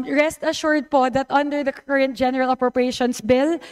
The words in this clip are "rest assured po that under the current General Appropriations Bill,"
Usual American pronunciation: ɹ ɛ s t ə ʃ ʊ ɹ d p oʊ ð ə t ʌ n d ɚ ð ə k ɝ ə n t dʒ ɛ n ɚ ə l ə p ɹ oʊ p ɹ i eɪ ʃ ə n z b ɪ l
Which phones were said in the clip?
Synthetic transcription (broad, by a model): ɹ ɛ s t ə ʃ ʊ ɹ d p oʊ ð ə t ʌ n d ɚ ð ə k ɝ ə n t dʒ ɛ n ɚ ə l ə p ɹ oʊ p ɹ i eɪ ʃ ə n s b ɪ l